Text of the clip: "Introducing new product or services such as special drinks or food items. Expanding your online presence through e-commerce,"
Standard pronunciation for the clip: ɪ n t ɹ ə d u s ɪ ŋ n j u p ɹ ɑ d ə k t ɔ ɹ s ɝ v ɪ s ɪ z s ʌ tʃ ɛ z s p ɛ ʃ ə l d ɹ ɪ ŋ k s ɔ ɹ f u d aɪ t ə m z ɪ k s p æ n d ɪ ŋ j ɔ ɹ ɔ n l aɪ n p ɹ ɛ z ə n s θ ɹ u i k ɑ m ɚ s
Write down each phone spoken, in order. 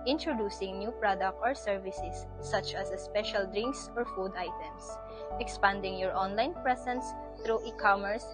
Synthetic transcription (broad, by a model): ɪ n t ɹ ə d u s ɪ ŋ n j u p ɹ ɑ d ə k t ɔ ɹ s ɝ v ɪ s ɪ s ʌ tʃ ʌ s s p ɛ ʃ ə l d ɹ ɪ ŋ k s ɔ ɹ f u d aɪ t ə m s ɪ k s p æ n d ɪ ŋ j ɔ ɹ ɔ n l aɪ n p ɹ ɛ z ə n s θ ɹ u i k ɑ m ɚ s